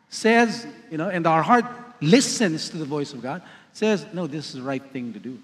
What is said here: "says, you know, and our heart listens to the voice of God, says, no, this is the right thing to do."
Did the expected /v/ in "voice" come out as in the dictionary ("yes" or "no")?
yes